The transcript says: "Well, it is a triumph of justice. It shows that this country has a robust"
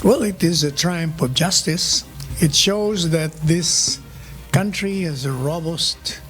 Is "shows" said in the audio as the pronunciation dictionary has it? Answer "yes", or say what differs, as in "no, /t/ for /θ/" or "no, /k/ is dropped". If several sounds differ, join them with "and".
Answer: yes